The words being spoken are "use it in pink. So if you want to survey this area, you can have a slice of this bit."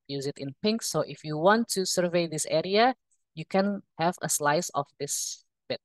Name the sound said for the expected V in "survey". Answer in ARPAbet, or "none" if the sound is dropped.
V